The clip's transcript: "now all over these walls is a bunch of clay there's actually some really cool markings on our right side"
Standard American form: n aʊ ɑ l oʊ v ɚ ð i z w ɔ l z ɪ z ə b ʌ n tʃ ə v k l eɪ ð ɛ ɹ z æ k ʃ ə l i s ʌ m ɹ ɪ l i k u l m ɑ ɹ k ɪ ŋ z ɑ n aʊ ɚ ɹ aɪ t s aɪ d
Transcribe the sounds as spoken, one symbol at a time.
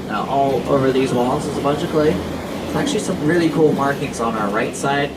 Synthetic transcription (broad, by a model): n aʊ ɑ l oʊ v ɚ ð i z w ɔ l s ɪ z ə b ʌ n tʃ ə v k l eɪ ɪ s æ k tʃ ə l i s ʌ m ɹ ɪ l i k u l m ɑ ɹ k ɪ ŋ z n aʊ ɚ ɹ aɪ t s aɪ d